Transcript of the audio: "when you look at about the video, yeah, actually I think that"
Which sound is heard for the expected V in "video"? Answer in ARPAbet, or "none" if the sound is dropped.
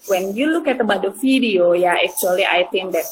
F